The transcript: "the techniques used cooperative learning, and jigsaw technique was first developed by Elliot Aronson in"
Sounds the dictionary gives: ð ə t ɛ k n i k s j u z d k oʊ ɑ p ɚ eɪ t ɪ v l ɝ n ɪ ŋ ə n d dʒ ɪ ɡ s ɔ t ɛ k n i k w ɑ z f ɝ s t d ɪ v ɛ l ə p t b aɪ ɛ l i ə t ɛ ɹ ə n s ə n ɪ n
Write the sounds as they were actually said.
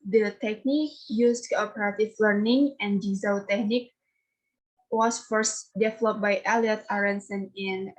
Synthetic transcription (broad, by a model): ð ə t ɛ k n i k j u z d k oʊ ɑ p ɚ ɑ t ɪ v l ɝ n ɪ ŋ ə n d z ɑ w t ɛ k n i k w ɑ s f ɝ s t d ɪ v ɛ l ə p b aɪ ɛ l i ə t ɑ ɹ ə n s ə n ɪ n